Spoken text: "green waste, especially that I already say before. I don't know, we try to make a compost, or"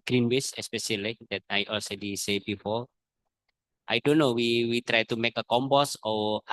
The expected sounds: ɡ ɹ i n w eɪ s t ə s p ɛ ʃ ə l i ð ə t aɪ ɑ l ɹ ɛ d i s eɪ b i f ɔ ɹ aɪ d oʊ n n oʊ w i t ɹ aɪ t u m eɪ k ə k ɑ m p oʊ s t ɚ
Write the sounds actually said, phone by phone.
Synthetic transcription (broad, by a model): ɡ ɹ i n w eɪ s ə s p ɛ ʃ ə l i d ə t aɪ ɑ l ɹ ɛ d i s eɪ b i f ɔ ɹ aɪ d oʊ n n oʊ w i t ɹ aɪ t u m eɪ k ə k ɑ m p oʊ s ɔ